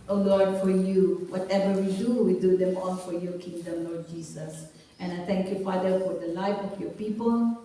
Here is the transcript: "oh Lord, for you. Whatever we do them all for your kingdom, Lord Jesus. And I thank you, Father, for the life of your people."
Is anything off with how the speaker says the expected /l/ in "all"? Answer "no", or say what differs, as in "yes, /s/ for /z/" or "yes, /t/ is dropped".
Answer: yes, /n/ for /l/